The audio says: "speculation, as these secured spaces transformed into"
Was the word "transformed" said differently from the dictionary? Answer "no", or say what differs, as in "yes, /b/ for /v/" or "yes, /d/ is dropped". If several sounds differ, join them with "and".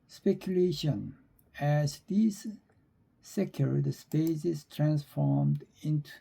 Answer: no